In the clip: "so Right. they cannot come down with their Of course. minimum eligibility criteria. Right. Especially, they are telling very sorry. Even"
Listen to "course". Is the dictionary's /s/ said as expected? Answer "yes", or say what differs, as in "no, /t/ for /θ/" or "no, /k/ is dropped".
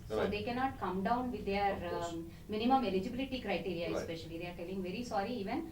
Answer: no, /s/ is dropped